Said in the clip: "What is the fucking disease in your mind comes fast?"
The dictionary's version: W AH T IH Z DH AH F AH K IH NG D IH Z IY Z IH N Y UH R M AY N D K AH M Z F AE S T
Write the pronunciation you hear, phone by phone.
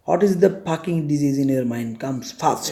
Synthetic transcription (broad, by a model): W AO T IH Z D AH P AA K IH NG D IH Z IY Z IH N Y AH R M AY N D K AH M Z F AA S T